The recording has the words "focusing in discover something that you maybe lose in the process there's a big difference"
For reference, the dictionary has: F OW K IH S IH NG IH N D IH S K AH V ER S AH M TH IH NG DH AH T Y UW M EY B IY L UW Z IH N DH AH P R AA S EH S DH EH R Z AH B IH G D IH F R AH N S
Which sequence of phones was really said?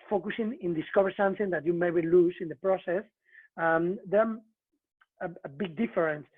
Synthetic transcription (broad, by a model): F OW K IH S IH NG IH N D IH S K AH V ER S AH M TH IH NG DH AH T Y UW M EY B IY L UW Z IH N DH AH P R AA S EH S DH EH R AH B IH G D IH F R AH N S